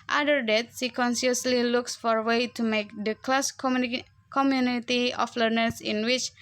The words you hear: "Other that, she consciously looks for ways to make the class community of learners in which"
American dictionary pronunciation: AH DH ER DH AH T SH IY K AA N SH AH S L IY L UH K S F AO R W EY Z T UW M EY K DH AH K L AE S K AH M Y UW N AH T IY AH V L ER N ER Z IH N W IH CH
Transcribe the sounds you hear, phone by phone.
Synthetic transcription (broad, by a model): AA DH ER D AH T S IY K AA N S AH S L IY L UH K S F AO R W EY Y T UW M EY K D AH K L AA S K AH M Y UW N AH T IY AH F L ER N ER S IH N W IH CH